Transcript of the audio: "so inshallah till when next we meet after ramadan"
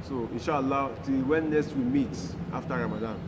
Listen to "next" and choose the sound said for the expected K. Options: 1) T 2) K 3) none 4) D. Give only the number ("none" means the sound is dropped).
3